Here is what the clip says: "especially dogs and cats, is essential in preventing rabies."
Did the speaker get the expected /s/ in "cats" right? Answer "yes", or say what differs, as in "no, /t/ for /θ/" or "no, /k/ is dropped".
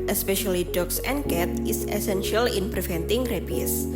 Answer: no, /s/ is dropped